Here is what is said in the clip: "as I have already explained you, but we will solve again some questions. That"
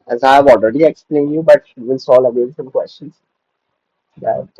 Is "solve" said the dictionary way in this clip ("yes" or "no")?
no